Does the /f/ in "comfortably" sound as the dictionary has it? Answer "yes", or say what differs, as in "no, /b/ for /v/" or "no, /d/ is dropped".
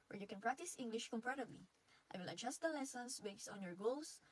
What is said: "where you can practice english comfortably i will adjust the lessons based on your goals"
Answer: no, /p/ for /f/